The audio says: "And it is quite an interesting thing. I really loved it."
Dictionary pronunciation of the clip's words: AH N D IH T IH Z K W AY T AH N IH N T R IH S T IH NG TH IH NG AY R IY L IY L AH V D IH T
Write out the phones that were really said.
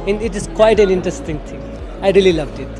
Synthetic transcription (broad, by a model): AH N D IH T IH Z K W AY T AH N IH N T R IH S T IH NG T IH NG AY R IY L IY L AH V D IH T